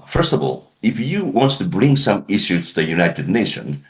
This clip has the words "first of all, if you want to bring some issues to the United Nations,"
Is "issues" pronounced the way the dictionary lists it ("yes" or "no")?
no